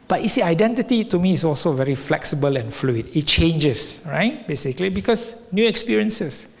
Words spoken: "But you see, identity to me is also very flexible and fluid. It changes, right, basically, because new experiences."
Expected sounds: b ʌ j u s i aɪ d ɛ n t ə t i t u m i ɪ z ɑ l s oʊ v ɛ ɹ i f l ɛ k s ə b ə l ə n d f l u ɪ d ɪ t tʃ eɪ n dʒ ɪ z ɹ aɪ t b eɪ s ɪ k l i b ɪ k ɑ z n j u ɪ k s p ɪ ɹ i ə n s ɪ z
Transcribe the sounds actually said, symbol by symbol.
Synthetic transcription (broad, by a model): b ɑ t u s i aɪ d ɛ n t ə t i t u m i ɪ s ɑ l s oʊ v ɛ ɹ i f l ɛ k s ə b ə l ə n f l u ɪ d ɪ t tʃ eɪ n dʒ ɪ s ɹ aɪ t b eɪ s ɪ k l i b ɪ k ɑ s n j u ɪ k s p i ɹ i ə n s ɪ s